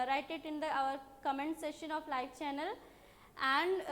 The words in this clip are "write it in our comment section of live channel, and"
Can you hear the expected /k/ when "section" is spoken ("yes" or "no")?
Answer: no